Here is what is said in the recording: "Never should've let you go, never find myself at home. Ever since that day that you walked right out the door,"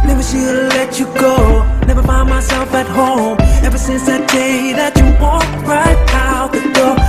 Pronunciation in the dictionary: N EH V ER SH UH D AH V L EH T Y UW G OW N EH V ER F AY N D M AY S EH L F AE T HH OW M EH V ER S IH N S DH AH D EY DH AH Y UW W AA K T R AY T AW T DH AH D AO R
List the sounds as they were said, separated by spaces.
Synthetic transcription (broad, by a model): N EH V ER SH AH L EH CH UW G OW N EH V ER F AY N M AY S EH L F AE T HH OW M EH V ER S IH N S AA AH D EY DH AH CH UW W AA T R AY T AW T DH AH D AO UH